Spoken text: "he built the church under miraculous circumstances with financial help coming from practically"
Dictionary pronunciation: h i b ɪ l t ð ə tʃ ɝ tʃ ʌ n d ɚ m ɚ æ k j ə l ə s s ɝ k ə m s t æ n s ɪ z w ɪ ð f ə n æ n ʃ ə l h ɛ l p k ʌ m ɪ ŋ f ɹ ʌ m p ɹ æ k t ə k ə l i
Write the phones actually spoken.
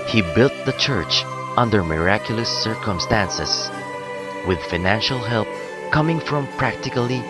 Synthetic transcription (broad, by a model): h i b ɪ l t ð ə tʃ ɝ tʃ ʌ n d ɚ m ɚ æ k j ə l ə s s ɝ k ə m s t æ n s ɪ s w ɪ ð f ə n æ n ʃ ə l h ɛ l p k ʌ m ɪ ŋ f ɹ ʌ m p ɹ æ k t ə k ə l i